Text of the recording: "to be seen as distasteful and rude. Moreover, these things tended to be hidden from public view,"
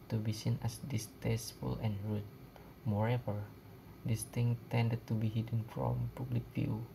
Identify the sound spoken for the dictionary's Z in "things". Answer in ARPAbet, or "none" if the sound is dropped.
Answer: none